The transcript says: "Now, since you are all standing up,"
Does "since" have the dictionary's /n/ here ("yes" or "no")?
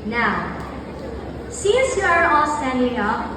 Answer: no